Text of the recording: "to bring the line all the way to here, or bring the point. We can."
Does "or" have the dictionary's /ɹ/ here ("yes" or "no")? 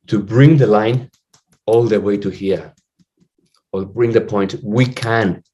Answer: no